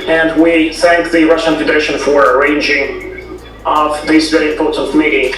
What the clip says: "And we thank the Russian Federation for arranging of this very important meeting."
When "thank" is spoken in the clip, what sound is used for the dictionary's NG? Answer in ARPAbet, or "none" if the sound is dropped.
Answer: NG